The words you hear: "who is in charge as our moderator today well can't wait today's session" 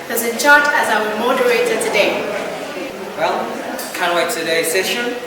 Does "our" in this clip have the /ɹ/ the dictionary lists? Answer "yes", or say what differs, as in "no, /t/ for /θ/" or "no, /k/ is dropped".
no, /w/ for /ɹ/